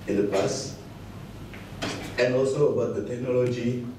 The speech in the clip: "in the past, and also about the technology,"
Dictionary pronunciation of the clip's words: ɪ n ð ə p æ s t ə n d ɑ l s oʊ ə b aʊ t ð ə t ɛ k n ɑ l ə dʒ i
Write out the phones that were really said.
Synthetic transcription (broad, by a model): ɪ n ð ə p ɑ s ə n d ɑ l s oʊ ə b aʊ t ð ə t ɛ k n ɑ l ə dʒ i